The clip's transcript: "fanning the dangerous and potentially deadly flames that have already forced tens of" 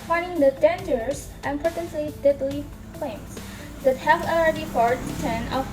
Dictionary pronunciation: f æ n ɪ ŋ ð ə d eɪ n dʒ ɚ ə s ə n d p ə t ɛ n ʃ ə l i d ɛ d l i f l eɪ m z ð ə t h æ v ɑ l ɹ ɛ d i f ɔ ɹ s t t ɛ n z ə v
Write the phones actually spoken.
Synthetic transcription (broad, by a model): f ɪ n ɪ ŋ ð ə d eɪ n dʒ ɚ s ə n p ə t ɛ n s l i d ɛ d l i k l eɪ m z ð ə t h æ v ɑ l ɹ ɛ d i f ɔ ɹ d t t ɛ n ə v